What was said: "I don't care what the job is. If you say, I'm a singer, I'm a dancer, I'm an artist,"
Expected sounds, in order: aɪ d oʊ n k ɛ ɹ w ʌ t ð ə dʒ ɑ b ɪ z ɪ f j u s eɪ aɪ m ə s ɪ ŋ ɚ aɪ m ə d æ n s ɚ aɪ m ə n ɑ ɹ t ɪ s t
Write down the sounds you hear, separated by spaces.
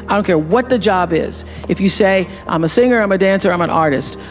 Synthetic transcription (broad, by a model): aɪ d oʊ n k ɛ ɹ w ʌ t ð ə dʒ ɑ b ɪ z ɪ f j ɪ s eɪ aɪ m ə s ɪ ŋ ɚ aɪ m ə d æ n s ɚ aɪ m ə n ɑ ɹ t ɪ s t